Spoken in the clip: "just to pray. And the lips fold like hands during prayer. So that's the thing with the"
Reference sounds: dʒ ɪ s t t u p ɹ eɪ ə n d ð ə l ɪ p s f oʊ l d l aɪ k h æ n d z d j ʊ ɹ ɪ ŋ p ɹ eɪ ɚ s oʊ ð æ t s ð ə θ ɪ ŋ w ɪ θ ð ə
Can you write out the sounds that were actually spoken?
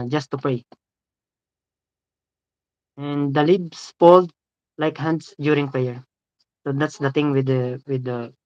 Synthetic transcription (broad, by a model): dʒ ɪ s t t u p ɹ eɪ ə n d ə l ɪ b s p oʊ l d l aɪ k h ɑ n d s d j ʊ ɹ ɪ ŋ p ɹ eɪ ɚ s oʊ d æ t s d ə t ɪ ŋ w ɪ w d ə